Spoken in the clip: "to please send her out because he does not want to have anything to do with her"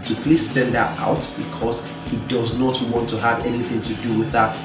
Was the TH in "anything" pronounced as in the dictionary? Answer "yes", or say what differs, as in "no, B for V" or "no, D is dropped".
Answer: yes